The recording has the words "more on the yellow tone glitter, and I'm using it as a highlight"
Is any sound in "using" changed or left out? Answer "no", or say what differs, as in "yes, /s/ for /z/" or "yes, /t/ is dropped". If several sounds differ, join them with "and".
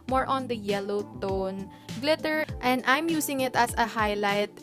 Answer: yes, /s/ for /z/